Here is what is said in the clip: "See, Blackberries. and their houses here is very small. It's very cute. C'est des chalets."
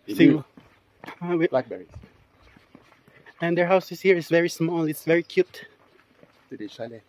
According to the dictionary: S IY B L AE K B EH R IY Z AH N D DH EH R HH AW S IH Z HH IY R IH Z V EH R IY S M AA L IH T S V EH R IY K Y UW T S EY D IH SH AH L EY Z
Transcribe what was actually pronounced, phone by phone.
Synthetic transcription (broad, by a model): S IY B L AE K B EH R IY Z AH N D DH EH R HH AW S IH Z HH IY R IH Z V EH R IY S M AA L IH T S V EH R IY K Y UW T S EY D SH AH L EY